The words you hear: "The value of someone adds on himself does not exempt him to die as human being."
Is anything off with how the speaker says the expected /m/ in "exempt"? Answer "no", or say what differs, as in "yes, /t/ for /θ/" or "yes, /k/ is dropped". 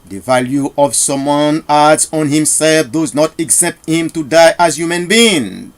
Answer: yes, /m/ is dropped